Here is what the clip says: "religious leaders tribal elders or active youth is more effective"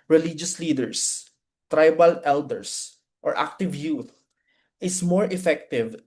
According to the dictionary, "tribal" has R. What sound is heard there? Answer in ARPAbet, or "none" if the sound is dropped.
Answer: R